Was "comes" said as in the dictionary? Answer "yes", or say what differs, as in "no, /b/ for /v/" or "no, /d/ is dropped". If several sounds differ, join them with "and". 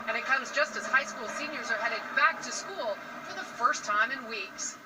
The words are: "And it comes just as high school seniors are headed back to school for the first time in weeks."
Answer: yes